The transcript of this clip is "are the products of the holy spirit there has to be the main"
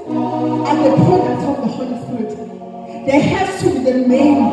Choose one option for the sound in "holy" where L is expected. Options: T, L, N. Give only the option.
N